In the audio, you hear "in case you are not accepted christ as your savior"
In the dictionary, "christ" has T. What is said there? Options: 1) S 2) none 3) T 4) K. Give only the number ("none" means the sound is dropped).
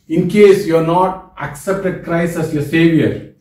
2